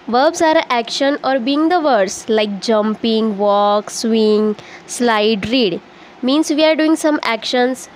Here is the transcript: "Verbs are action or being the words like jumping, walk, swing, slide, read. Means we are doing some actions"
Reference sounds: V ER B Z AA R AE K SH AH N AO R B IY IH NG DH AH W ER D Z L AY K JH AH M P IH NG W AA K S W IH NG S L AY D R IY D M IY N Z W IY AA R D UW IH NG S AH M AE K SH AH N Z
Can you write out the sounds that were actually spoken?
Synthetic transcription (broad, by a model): V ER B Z AA R AE K SH AH N AO R B IY IH NG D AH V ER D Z L AY K JH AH M P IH NG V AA K S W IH NG S L AY D R IY D M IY N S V IY AA R D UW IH NG S AH M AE K SH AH N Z